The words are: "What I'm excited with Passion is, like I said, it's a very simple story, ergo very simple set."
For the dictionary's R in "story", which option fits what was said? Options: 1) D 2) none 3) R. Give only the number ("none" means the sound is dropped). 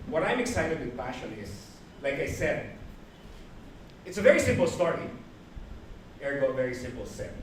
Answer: 3